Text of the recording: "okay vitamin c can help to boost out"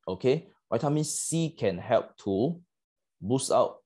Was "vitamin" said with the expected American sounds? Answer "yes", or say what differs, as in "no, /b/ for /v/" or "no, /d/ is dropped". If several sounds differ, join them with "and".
no, /w/ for /v/